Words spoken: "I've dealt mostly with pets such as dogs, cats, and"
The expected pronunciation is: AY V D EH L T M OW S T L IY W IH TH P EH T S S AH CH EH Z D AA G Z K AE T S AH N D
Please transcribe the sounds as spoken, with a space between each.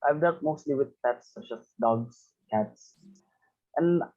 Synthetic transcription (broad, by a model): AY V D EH T M OW S T L IY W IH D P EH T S S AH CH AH S D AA G S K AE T S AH N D